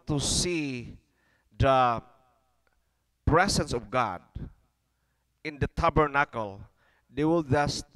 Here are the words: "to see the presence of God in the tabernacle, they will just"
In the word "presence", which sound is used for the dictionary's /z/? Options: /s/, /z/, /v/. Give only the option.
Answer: /s/